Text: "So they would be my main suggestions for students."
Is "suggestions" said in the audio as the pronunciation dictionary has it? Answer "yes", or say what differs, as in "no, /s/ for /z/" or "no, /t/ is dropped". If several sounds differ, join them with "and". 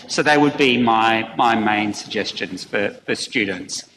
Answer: yes